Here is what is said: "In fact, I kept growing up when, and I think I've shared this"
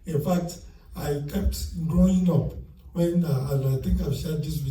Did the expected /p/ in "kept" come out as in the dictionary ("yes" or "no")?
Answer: yes